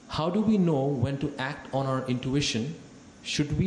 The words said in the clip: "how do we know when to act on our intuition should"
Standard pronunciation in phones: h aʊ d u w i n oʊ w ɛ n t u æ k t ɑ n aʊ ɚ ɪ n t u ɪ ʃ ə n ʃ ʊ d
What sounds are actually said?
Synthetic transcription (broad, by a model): h aʊ d u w i n oʊ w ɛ n t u æ k t ɑ n aʊ ɚ ɪ n t u ɪ ʃ ə n ʃ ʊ d